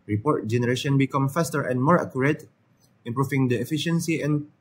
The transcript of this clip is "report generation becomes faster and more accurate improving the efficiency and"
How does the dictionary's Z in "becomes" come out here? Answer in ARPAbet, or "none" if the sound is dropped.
none